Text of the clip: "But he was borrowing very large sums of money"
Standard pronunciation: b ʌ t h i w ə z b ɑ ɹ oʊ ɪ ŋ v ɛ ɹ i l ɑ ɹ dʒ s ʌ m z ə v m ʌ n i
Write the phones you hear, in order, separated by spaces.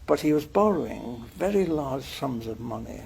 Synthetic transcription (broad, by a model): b ʌ t h i w ə z b ɑ ɹ oʊ ɪ ŋ v ɛ ɹ i l ɑ ɹ dʒ s ʌ m z ə v m ʌ n i